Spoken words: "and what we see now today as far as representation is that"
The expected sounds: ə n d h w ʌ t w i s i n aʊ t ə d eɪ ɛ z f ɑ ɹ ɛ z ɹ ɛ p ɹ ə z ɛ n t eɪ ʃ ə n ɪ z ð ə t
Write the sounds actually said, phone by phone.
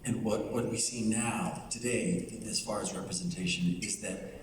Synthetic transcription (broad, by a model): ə n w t w ʌ t w i s i n aʊ t ə d eɪ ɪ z f ɑ ɹ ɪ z ɹ ɛ p ɹ ə z ɛ n t eɪ ʃ ə n ɪ z ð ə t